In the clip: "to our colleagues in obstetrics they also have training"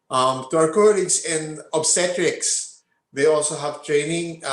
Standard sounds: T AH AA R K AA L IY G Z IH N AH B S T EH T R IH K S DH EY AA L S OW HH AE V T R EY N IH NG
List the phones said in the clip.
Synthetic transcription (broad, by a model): T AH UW W K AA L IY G S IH N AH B S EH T R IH K S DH EY AA L S OW HH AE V T R EY N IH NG